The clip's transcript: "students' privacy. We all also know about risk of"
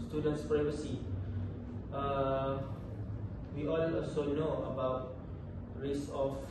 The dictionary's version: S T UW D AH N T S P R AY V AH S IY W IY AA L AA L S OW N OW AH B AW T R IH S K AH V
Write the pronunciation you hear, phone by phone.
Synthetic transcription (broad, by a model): S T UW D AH N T S P R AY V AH S IY W IY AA N AA L S OW N OW AH B AW T R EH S AH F